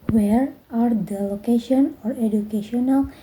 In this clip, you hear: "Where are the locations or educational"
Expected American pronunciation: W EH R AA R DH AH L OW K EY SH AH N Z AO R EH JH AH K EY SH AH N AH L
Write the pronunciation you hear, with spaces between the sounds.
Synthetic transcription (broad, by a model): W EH R AA R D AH L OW K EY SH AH N AO R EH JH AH K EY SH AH N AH L